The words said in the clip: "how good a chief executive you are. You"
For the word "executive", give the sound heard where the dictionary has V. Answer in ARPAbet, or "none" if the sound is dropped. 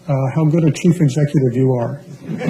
V